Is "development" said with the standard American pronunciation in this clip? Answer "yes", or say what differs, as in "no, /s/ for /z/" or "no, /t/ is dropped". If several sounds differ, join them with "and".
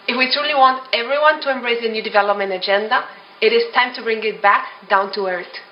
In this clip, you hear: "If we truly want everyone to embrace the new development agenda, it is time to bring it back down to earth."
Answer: yes